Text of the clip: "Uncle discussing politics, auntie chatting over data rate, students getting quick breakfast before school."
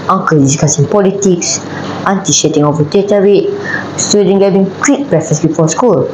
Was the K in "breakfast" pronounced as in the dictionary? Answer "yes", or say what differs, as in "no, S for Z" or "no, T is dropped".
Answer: no, K is dropped